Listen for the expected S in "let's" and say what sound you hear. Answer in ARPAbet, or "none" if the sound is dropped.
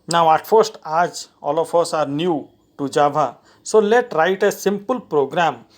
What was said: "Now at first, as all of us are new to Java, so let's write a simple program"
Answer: none